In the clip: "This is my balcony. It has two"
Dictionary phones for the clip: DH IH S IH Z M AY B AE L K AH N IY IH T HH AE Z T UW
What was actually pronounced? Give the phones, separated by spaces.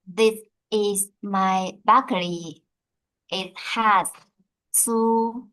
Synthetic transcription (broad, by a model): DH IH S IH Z M AY B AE K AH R IY IH T HH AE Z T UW